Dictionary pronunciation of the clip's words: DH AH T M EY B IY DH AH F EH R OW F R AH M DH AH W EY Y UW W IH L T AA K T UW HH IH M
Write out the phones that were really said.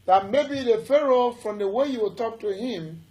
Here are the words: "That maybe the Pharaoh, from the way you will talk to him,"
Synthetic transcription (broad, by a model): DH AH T M EY B IY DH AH F EH R OW F R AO M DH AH W EY Y UW W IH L T AA K T UW HH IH M